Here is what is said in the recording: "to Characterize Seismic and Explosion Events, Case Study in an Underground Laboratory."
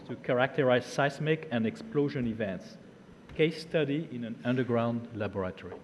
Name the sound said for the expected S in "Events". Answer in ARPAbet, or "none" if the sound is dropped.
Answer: S